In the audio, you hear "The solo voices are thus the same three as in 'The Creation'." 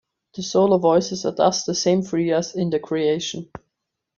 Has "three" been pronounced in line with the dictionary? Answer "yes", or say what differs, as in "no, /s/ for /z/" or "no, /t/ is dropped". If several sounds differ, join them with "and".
no, /f/ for /θ/